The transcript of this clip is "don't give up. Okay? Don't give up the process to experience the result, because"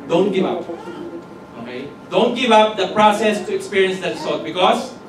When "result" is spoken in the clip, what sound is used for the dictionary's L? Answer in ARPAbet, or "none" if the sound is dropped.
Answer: none